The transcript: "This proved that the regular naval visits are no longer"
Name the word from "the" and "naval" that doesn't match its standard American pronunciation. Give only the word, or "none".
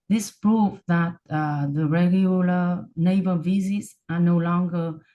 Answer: naval